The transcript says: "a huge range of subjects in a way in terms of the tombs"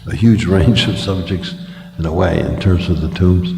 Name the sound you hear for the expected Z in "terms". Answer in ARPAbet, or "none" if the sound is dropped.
Z